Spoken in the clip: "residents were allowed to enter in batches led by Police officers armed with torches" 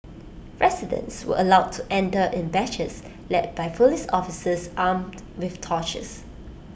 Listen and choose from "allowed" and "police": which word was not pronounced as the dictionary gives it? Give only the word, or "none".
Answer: police